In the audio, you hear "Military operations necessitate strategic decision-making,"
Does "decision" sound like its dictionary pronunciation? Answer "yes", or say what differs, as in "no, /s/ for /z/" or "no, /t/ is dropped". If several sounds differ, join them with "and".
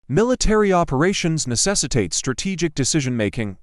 yes